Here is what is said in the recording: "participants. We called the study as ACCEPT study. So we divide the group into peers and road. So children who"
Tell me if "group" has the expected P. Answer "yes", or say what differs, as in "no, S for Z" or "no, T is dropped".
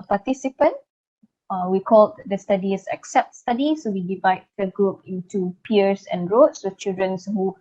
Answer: yes